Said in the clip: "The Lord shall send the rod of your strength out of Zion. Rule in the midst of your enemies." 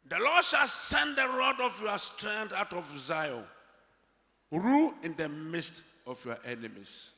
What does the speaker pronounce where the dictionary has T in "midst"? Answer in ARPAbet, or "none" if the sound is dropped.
T